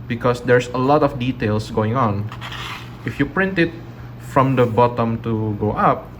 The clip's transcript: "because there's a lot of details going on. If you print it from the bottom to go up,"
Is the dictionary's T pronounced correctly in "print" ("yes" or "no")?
yes